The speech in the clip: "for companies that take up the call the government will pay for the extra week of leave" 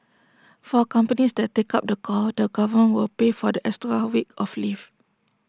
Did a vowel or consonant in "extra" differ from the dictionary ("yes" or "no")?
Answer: yes